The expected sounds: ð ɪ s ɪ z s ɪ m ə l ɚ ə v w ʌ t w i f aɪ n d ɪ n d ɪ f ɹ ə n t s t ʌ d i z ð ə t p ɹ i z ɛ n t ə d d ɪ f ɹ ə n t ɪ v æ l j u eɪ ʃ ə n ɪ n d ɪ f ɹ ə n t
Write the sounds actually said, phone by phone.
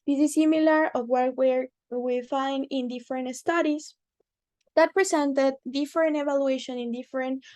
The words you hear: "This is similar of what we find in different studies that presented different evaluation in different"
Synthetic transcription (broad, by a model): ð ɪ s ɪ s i m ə l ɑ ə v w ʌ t w i f aɪ n d ɪ n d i f ɹ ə n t s t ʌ d i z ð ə t p ɹ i s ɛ n t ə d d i f ɹ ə n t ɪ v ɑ l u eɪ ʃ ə n ɪ n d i f ɹ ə n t